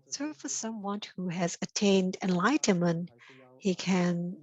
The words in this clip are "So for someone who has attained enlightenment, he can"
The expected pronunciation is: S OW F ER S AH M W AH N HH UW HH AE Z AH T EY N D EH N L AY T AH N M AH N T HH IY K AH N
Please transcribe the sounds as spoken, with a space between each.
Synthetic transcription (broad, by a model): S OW F ER S AH M W AH N HH UW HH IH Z AH T EY N D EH N L AY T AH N M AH N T HH IY K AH N